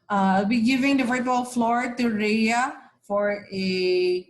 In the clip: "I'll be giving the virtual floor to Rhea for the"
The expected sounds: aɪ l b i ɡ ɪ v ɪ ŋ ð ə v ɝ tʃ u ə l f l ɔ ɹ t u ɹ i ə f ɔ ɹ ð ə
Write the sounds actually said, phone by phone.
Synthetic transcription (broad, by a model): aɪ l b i ɡ ɪ v ɪ ŋ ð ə f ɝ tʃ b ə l f l ɔ ɹ t u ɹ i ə f ɔ ɹ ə